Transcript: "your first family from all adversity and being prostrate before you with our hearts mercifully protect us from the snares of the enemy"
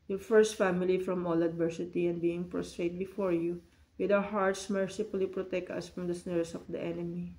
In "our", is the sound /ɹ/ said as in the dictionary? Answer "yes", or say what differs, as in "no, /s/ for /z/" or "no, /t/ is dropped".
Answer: no, /w/ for /ɹ/